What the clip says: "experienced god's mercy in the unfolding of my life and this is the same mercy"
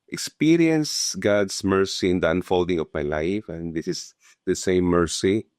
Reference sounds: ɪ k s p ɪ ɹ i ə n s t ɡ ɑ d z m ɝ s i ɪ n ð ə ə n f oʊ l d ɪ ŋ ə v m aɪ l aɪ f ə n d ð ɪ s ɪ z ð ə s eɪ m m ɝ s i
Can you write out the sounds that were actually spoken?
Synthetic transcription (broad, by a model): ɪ k s p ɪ ɹ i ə n s ɡ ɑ d s m ɝ s i ɪ n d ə ə n f oʊ l d ɪ ŋ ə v m aɪ l aɪ f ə n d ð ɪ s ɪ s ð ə s eɪ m m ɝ s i